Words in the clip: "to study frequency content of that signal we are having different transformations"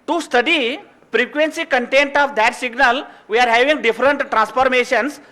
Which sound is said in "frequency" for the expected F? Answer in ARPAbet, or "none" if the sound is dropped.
P